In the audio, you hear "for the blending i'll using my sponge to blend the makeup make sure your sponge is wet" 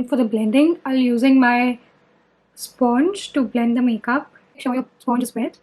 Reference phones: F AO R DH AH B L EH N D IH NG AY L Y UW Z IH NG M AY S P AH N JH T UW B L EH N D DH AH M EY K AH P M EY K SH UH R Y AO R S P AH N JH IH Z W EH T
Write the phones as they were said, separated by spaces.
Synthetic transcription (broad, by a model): F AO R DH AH B L EH N D IH NG AY L Y UW Z IH NG M AY S P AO N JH T UW B L EH N D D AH M EY K AH P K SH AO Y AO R S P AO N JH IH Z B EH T